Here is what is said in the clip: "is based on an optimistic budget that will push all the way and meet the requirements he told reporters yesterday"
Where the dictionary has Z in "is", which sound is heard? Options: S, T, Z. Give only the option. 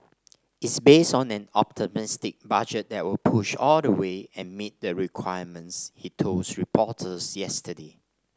S